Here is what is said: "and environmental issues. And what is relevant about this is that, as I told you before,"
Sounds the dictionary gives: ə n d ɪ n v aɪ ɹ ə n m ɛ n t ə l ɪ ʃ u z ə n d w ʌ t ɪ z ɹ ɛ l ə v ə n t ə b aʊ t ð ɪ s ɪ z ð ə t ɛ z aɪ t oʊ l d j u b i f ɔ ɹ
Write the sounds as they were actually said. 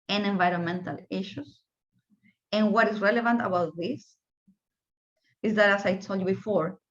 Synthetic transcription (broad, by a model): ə n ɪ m v aɪ ɹ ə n m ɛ n t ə l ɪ ʃ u s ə n w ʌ t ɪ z ɹ ɛ l ə v ə n t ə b aʊ t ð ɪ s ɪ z ð ə t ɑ s aɪ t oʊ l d j u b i f ɔ ɹ